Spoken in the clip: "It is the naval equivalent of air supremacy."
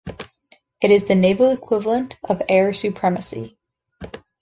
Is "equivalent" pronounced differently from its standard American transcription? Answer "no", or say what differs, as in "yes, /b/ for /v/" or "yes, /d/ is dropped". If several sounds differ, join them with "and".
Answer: no